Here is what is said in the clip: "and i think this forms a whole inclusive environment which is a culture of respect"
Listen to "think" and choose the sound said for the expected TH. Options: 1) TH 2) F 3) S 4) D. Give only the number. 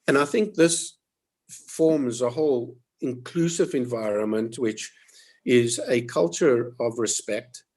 1